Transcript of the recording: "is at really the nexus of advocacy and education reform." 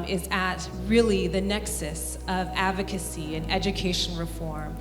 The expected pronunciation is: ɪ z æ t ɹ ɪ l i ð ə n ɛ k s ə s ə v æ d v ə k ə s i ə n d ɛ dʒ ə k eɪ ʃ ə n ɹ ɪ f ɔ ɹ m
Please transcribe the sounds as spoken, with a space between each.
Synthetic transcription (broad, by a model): ɪ z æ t ɹ ɪ l i ð ə n ɛ k s ə s ə v æ d v ə k ə s i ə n ɛ dʒ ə k eɪ ʃ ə n ɹ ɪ f ɔ ɹ m